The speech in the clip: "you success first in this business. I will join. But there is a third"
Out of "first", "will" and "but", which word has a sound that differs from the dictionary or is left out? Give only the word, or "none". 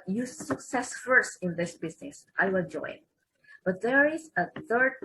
will